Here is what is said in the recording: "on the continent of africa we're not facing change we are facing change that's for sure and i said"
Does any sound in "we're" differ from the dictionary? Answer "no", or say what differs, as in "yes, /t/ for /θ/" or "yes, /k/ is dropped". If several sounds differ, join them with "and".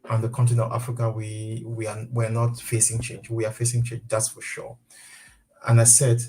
yes, /w/ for /ɹ/